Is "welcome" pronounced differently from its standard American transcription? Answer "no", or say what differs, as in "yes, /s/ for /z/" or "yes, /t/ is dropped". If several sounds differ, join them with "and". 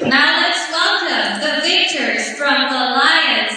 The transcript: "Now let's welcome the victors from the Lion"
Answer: yes, /l/ is dropped